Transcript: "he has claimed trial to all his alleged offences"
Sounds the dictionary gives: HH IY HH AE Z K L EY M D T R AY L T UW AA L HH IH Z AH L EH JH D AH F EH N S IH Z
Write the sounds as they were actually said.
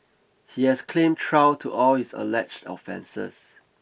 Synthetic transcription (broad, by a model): HH IY HH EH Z K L EY M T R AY W T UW AA L HH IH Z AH L EH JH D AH F EH N S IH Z